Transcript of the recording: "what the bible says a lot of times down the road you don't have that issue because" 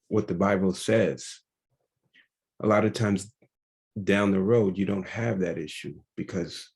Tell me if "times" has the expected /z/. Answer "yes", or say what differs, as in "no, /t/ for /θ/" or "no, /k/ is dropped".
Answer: yes